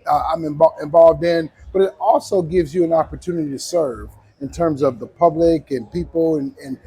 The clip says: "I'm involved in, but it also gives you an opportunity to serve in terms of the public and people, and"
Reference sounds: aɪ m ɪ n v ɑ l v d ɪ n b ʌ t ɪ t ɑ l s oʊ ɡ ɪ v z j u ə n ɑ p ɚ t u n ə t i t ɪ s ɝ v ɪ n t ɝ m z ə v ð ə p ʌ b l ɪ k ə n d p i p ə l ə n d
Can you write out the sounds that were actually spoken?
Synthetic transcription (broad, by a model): aɪ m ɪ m v ɑ l v d ɪ n b ʌ t ɪ t ɑ l s oʊ ɡ ɪ v z j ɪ ə n ɑ p ɚ t u n ə t i t ɪ s ɝ v ɪ n t ɝ m z ə v ð ə p ʌ b l ɪ k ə n p i p l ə n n